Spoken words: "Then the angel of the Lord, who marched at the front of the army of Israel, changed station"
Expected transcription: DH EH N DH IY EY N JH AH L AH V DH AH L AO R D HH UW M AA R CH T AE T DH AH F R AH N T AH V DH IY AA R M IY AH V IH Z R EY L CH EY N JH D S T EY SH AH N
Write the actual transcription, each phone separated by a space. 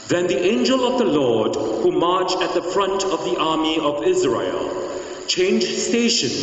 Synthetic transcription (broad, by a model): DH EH N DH IY EY N JH AH L AH V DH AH L AO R D HH UW M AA R CH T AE T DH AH F R AH N T AH V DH IY AA R M IY AH V IH Z R EY L CH EY N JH S T EY SH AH N